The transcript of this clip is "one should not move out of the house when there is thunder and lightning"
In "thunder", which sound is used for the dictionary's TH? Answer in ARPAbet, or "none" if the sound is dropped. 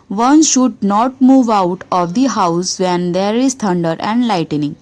T